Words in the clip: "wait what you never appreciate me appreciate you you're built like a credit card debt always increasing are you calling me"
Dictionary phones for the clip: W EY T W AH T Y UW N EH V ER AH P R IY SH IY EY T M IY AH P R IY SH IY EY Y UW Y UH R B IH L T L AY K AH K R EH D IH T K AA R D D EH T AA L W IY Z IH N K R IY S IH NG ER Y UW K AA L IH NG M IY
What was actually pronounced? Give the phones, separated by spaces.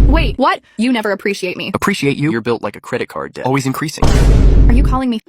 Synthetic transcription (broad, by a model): W EY T W AH T Y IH N EH V ER AH P R IY SH IY EY T M IY AH P R IY SH IY EY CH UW Y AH R B IH L T L AY K AH K R EH D IH T K AA R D D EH AA L W IY Z IH N K R IY S IH NG ER Y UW K AA L IH NG M IY